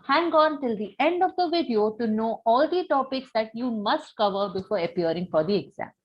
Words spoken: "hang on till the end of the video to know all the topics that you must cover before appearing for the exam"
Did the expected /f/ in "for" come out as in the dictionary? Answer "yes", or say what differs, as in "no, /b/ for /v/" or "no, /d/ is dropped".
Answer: yes